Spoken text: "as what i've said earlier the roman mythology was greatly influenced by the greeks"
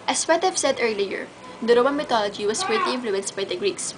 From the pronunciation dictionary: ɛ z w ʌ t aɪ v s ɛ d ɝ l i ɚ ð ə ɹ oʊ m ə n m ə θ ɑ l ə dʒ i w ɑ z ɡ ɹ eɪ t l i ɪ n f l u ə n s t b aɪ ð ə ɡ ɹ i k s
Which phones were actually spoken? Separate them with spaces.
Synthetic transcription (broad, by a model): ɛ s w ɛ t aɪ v s ɛ d ɝ l i ɚ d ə ɹ oʊ m ə n m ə t ɑ l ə dʒ i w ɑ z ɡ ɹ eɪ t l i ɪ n f l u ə n s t b aɪ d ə ɡ ɹ i k s